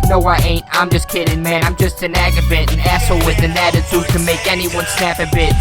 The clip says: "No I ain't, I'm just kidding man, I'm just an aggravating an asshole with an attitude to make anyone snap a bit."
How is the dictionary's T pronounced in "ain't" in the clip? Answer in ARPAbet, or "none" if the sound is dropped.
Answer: T